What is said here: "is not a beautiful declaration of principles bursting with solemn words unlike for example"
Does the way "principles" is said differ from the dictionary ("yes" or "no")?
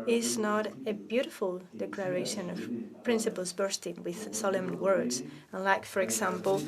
no